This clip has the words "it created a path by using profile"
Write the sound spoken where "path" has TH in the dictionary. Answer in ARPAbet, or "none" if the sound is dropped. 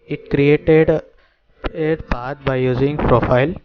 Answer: T